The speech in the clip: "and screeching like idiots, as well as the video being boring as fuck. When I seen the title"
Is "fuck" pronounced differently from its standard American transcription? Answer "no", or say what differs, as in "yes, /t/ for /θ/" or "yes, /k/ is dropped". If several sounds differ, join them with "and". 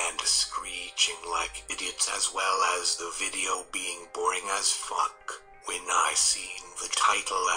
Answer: no